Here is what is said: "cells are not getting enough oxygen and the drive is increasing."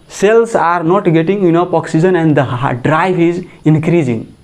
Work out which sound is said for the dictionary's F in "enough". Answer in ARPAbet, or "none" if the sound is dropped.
P